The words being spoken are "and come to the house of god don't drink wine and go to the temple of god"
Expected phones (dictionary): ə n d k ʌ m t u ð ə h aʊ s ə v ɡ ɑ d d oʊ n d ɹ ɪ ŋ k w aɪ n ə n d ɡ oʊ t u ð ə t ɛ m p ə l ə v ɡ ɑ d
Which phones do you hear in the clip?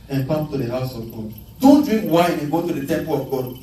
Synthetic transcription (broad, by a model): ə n k ʌ m t u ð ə h aʊ s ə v ɡ ɑ d d oʊ n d ɹ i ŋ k w aɪ ə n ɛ ɡ oʊ t u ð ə t ɛ m p ə l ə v ɡ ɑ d